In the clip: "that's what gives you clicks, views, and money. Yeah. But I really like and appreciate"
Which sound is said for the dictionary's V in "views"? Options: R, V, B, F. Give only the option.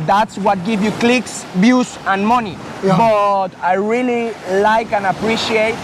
B